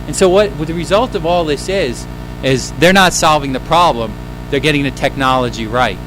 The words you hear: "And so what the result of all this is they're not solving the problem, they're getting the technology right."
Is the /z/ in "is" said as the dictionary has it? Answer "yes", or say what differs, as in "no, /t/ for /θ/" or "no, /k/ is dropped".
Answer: yes